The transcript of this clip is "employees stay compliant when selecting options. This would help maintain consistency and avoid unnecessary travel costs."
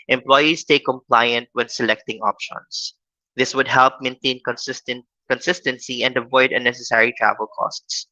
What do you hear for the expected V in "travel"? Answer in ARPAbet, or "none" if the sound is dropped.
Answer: V